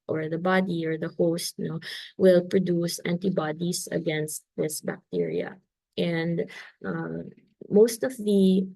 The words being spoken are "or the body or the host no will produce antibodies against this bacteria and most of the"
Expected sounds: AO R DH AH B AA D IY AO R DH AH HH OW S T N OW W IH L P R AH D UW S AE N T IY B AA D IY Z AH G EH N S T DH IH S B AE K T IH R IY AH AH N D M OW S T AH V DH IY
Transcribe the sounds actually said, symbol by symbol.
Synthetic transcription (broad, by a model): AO R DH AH B AA D IY AO R DH AH HH OW S T N OW W IH L P R AH D UW S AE N T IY B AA D IY S AH G EH N S T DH IH S B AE K T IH R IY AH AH N D M OW S T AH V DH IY